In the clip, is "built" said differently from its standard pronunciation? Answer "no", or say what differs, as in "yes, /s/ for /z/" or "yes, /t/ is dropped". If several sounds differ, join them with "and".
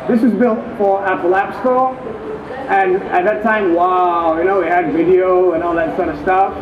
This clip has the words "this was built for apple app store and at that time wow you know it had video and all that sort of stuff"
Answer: no